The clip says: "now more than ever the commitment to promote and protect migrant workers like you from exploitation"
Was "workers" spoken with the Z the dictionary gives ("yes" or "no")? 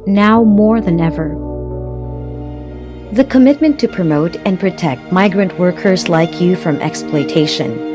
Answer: yes